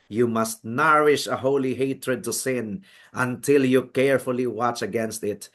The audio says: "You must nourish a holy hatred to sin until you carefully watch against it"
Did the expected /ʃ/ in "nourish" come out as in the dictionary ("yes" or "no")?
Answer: yes